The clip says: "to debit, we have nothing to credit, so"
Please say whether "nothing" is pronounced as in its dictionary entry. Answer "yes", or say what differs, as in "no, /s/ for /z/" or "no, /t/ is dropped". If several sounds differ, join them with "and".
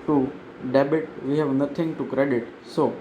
no, /t/ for /θ/